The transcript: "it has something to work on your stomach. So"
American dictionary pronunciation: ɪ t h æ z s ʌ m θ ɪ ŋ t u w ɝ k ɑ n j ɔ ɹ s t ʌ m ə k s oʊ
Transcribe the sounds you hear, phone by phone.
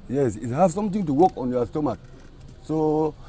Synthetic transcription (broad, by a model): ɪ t h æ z s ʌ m t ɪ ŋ t u w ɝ k ɑ n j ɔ s t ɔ m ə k s oʊ